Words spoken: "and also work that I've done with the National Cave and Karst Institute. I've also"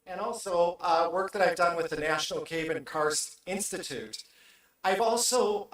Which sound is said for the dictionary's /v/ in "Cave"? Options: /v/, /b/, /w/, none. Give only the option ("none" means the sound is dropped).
/b/